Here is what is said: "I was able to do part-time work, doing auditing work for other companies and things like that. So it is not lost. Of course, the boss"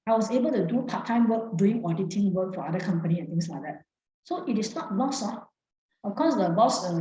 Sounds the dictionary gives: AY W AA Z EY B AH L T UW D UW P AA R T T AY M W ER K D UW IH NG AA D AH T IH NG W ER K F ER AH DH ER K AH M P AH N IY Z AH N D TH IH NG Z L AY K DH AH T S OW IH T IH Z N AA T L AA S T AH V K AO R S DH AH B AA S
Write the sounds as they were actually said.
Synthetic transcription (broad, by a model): AY W AA S EY B AH L T UW D UW P AA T T AY M W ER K D UW IH NG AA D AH T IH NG W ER K F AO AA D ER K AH M P AH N IY AH N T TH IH NG S L AY K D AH T S OW IH T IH S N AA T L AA S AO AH F K AO S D AH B AA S